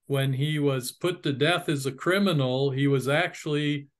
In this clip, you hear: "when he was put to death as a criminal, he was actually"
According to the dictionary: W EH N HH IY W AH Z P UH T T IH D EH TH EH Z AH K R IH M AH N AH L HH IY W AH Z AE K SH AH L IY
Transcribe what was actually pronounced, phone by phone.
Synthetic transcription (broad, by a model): W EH N IY W AH Z P UH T T IH D EH TH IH Z AH K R IH M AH N L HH IY W AH Z AE K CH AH L IY